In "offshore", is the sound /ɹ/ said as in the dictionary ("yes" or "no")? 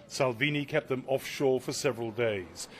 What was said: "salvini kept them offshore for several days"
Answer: yes